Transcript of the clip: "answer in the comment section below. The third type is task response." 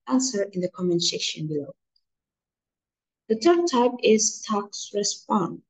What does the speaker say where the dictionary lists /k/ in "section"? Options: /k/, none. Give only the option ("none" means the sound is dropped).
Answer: none